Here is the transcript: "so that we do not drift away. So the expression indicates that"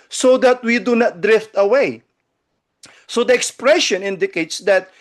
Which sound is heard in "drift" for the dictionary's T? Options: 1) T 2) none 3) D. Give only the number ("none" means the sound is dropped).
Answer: 1